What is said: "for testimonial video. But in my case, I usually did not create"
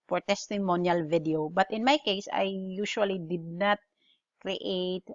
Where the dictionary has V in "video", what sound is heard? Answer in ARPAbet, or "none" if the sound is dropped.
V